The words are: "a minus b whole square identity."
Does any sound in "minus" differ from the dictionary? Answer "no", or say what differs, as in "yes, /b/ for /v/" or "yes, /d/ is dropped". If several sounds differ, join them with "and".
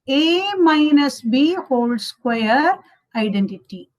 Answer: no